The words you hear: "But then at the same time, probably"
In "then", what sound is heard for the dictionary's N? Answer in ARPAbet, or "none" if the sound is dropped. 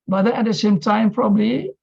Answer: none